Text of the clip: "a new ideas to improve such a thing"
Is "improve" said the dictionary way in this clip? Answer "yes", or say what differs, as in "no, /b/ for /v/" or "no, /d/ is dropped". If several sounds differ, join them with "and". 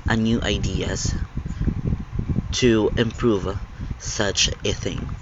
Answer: yes